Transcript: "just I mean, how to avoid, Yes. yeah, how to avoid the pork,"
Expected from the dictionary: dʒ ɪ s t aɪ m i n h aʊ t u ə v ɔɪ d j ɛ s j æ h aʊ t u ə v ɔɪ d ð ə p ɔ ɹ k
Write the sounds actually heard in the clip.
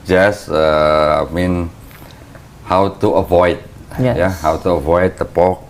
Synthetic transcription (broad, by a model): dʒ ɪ s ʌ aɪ m i n h aʊ t u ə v ɔɪ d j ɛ j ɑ h aʊ t u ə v ɔɪ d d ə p ɔ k